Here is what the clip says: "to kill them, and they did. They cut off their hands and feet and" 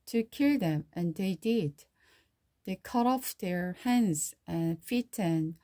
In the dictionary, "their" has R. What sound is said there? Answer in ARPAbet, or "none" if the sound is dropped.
R